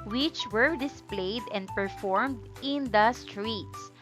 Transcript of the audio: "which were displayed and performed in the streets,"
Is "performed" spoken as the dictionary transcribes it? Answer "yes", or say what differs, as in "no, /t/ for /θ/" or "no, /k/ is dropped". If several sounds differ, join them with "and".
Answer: yes